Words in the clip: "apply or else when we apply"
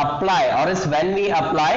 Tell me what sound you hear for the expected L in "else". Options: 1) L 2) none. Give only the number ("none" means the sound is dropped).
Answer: 2